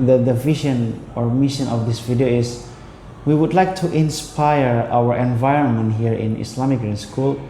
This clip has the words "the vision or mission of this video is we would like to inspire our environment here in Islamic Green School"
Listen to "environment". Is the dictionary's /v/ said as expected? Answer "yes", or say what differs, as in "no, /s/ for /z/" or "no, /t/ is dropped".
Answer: yes